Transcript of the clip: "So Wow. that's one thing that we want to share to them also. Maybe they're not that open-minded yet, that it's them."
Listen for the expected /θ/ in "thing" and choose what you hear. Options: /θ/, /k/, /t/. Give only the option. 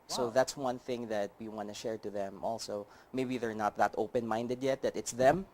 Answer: /θ/